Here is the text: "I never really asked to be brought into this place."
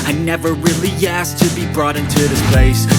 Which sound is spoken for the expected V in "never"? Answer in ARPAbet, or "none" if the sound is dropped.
V